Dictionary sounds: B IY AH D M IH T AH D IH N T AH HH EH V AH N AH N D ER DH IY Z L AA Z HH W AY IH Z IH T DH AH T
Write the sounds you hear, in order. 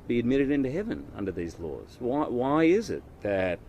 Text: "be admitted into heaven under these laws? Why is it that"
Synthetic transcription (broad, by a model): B IY AH D M IH T AH D IH N T AH HH EH V AH N AH N D ER DH IY Z L AA Z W W AY IH Z IH T DH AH T